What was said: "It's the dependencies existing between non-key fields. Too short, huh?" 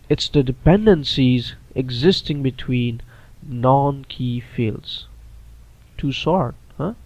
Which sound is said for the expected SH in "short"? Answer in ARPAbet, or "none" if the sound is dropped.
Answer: S